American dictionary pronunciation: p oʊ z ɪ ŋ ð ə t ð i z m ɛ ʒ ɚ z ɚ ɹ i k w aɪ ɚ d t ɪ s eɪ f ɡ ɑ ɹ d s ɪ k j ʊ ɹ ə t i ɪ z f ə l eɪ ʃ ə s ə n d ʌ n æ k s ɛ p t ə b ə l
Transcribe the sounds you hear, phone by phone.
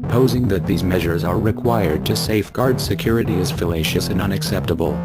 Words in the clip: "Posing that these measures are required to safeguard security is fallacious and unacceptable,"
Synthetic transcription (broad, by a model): p oʊ z ɪ ŋ ð ə t ð i z m ɛ ʒ ɚ z ɚ ɹ i k w aɪ ɚ d t ɪ s eɪ f ɡ ɑ ɹ d s ɪ k j ʊ ɹ ə t i ɪ z f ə l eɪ ʃ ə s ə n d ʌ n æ k s ɛ p t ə b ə l